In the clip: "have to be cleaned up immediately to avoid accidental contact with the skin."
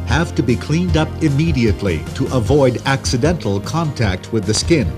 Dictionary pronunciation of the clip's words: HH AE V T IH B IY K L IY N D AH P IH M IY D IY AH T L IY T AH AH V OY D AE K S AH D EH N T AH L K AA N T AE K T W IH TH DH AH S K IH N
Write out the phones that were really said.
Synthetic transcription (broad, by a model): HH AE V T IH B IY K L IY N D AH P IH M IY D IY AH T L IY T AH AH V OY D AE K S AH D EH N T L K AA N T AE K T W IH DH AH S K IH N